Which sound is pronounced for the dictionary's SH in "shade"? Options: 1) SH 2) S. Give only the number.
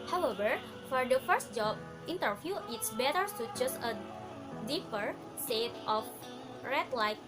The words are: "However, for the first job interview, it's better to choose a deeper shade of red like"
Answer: 2